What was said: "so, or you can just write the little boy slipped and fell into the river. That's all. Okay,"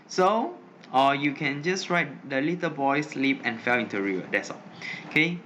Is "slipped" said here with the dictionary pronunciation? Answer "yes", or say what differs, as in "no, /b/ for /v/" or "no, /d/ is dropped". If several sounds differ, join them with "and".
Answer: no, /t/ is dropped